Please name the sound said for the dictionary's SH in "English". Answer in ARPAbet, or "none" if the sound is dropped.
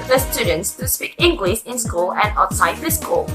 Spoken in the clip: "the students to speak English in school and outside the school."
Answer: S